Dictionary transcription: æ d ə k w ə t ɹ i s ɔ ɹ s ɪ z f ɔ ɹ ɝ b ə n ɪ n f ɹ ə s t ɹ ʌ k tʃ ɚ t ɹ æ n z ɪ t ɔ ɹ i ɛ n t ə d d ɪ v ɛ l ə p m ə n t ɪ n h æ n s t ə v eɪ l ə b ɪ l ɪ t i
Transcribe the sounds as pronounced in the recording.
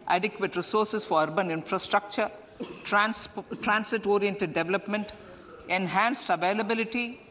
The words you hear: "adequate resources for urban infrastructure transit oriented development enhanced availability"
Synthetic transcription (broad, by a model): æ d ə k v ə t ɹ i s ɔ ɹ s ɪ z f ɔ ɹ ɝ b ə n ɪ n f ɹ ə s t ɹ ʌ k tʃ ɚ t ɹ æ n s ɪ t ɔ ɹ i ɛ n t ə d d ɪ v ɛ l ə p m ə n t ɪ n h æ n s t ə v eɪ l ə b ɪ l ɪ t i